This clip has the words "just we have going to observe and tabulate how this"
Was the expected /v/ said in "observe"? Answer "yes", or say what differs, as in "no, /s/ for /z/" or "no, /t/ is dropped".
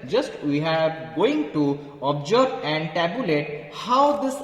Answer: no, /b/ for /v/